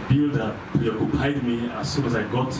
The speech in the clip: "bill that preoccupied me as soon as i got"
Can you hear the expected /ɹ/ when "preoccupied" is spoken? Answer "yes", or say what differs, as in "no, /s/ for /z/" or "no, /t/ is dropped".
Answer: no, /ɹ/ is dropped